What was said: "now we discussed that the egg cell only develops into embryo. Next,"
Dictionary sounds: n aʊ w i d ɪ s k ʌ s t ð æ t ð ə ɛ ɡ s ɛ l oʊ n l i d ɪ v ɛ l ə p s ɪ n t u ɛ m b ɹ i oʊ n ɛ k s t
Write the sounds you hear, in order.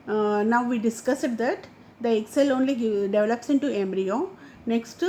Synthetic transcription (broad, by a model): n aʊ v i d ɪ s k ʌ s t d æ t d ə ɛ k s ɛ l oʊ n l i d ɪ v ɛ l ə p s ɪ n t u ɛ m b ɹ i oʊ n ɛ k s t